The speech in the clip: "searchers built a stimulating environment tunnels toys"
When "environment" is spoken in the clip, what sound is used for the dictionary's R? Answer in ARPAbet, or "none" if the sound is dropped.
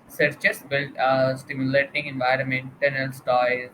R